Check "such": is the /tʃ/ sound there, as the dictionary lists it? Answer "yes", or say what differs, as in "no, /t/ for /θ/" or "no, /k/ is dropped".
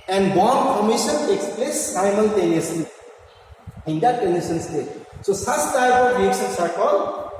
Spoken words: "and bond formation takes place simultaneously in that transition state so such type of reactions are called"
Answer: no, /s/ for /tʃ/